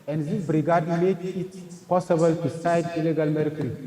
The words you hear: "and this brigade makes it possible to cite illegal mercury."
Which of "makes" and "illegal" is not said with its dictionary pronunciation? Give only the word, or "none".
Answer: makes